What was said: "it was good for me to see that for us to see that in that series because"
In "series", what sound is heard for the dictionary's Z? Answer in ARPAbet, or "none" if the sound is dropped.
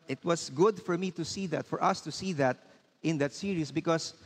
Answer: S